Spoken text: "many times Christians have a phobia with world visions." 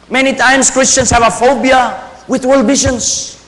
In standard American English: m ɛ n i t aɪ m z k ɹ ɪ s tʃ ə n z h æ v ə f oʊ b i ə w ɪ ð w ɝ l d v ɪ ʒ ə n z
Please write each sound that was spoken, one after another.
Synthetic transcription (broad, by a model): m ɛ n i t aɪ m s k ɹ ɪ s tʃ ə n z h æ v ə f oʊ b i ə w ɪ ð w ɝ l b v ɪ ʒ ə n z